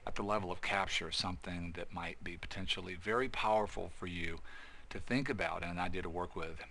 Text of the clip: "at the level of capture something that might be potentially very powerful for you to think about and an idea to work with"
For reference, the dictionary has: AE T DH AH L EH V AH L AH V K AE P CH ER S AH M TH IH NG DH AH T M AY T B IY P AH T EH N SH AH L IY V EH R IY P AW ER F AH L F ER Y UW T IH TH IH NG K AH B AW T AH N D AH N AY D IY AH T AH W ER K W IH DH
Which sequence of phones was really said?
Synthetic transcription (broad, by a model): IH T DH AH L EH V L AH V K AE P CH ER S AH M TH IH NG DH AH T M AY T B IY P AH T EH N SH L IY V EH R IY P AW ER F L F ER Y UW T IH TH IH NG K AH B AW T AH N AH N AY D IY AH T AH W ER K W IH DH